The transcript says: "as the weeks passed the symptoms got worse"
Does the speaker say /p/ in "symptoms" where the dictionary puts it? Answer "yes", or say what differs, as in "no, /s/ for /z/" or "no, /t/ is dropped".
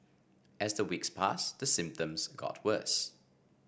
yes